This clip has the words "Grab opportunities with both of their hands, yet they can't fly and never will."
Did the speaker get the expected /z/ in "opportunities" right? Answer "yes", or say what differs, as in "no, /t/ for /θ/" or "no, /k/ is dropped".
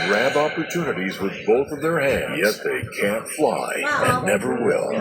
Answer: yes